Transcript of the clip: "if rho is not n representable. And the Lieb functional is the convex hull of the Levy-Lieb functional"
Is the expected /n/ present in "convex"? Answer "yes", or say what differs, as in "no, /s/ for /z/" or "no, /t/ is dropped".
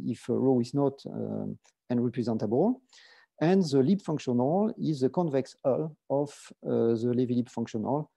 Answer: yes